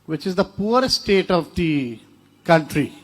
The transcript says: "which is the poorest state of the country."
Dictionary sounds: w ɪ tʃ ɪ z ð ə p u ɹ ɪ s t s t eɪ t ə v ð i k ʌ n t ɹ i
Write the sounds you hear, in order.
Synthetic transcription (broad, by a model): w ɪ tʃ ɪ z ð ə p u ɪ t s t eɪ t ə v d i k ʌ n t ɹ i